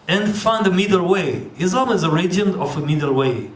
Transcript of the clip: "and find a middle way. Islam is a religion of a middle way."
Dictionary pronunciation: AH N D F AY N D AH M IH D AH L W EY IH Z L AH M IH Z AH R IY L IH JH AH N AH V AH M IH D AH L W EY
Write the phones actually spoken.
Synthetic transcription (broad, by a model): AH N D F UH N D AH M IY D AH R W EY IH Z AH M IH Z AH R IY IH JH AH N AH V AH M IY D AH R W EY